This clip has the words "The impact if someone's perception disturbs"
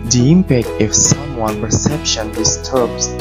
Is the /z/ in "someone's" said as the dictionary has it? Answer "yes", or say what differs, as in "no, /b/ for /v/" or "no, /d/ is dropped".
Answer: no, /z/ is dropped